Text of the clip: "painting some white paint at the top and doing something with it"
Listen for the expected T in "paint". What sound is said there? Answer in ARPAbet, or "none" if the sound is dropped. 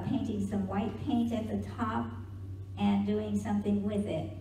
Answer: T